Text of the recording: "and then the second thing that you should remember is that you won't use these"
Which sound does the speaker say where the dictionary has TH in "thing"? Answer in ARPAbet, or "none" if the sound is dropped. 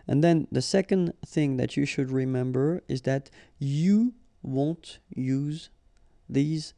TH